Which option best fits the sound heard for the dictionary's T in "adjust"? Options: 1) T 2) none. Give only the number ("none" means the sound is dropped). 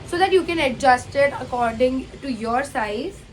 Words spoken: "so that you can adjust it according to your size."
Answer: 1